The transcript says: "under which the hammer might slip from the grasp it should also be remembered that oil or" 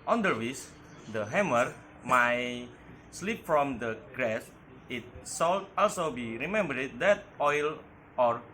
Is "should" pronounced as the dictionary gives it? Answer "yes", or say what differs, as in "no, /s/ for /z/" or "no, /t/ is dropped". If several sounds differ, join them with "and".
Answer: no, /s/ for /ʃ/